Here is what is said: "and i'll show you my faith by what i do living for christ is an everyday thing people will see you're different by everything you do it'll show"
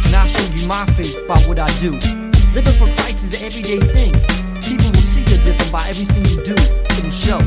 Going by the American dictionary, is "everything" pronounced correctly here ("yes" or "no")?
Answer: yes